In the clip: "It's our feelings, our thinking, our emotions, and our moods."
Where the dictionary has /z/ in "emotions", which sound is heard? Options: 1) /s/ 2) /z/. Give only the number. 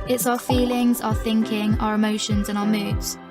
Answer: 2